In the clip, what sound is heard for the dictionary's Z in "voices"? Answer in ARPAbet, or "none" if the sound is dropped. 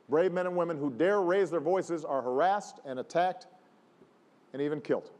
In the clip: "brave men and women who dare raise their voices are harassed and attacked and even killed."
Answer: Z